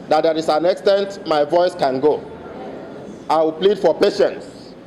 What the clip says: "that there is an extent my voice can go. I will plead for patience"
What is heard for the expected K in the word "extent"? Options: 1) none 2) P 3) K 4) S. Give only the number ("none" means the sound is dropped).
3